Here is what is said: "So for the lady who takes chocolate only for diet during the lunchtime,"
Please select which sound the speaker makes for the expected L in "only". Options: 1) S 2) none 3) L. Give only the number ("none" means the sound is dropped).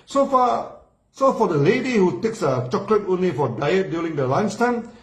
3